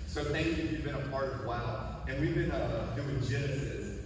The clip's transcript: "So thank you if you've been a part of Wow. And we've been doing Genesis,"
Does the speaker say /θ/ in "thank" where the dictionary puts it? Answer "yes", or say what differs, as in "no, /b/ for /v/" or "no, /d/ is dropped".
yes